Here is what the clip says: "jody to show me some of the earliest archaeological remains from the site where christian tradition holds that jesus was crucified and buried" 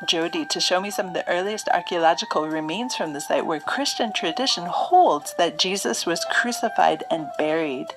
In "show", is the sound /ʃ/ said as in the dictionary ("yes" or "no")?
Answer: yes